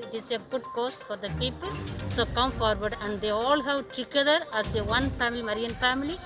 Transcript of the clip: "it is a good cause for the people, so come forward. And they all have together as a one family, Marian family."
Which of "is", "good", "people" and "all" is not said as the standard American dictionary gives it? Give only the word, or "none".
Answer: is